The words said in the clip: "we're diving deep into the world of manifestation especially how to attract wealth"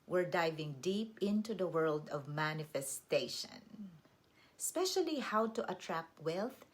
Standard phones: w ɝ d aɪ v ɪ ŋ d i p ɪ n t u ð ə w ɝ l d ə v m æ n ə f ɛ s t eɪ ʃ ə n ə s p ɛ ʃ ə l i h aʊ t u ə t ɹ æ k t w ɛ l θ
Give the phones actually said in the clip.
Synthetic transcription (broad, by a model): w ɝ d aɪ v ɪ ŋ d i p ɪ n t u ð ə w ɝ l d ə v m æ n ə f ɛ s t eɪ ʃ ə n ə s p ɛ ʃ ə l i h aʊ t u ə t ɹ æ k t w ɛ l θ